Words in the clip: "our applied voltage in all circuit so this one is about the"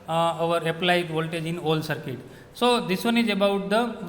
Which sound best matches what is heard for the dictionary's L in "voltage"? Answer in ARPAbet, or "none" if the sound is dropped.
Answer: L